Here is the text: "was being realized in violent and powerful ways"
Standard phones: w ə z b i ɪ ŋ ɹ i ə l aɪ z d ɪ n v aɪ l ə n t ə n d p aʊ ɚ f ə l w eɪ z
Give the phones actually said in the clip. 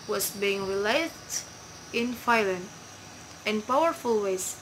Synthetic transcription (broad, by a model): w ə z b i ɪ ŋ ɹ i l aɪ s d ɪ n f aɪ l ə n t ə n p aʊ ɚ f ə l w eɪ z